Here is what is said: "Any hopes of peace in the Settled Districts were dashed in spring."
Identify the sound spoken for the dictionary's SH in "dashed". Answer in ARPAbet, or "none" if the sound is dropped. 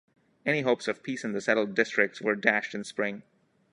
SH